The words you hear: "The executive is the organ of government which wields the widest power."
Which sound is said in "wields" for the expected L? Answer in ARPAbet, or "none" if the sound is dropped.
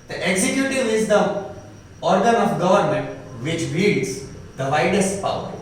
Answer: none